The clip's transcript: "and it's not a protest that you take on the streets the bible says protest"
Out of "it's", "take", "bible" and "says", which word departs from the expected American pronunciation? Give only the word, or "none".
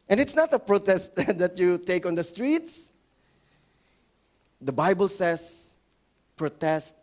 says